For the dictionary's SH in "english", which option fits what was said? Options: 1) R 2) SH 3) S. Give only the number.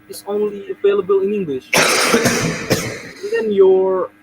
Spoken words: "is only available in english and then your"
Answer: 2